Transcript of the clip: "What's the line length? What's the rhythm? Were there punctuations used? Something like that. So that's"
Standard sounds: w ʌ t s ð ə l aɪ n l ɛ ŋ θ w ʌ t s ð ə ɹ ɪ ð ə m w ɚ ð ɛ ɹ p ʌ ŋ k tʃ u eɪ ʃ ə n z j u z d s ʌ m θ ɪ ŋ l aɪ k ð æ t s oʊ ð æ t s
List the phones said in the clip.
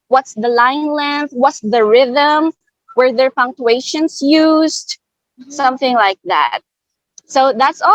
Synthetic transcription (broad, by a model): w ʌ t s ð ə l aɪ n l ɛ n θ w ʌ t s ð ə ɹ ɪ ð ə m w ɚ ð ɛ ɹ p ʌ ŋ k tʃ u eɪ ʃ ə n s j u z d s ʌ m θ ɪ ŋ l aɪ k ð æ t s oʊ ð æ t s